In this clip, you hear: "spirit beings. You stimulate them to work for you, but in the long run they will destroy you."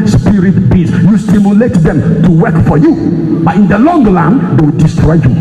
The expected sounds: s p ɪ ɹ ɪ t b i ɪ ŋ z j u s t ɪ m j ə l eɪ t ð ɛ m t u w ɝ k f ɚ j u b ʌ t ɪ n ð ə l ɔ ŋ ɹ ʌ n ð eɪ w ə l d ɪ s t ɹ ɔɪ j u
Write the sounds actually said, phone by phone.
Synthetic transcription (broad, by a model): s p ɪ ɹ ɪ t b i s j u s t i m j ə l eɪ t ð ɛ m t u w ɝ k f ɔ j u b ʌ t ɪ n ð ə l ɔ ŋ l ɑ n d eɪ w d ɪ s t ɹ ɔɪ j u